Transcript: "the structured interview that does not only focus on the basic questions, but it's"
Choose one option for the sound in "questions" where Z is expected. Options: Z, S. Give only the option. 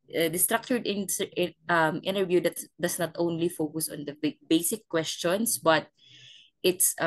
S